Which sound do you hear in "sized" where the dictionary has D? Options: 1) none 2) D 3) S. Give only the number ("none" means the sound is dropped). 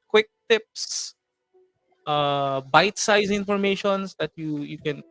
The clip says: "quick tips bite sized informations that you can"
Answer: 1